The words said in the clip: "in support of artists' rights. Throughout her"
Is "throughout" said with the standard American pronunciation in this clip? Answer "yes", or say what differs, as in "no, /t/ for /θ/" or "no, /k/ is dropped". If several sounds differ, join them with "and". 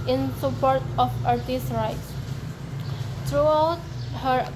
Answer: no, /t/ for /θ/